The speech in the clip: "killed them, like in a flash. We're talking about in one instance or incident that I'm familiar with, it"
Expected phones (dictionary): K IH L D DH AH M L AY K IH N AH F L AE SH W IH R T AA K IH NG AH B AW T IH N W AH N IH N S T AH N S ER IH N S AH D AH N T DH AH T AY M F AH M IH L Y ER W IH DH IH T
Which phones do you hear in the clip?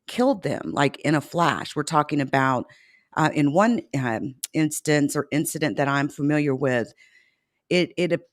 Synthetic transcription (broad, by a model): K IH L D DH AH M L AY K IH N AH F L AE SH W IH R T AA K IH NG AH B AW T IH N W AH N IH N S T AH N S ER IH N S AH D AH N DH AH T AY M F AH M IH L Y ER W IH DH IH T